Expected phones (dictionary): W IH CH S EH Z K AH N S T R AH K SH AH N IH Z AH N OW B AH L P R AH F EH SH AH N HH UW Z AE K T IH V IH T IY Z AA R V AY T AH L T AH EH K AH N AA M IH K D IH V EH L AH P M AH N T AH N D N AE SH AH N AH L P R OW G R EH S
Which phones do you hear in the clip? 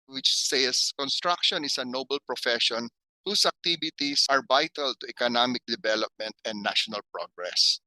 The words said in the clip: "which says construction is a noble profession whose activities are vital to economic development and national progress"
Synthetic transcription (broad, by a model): W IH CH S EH S K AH N S T R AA K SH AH N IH S AH N OW B AH L P R AH F EH SH AH N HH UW S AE K T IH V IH T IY S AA R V AY T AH L T AH EH K AH N AA M IH K D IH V EH L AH P M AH N T AH N D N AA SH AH N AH L P R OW G R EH S